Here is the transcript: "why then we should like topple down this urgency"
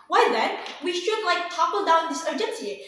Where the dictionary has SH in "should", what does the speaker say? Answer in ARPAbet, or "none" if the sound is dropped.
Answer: SH